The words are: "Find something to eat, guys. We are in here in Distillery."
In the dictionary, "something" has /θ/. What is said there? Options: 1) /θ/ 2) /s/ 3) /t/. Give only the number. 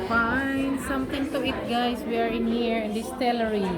3